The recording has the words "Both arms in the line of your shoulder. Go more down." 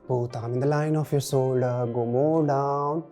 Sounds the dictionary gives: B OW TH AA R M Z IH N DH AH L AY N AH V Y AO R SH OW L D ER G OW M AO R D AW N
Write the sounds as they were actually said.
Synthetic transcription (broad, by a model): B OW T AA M IH N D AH L AY N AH F Y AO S OW L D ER G OW M AO R D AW N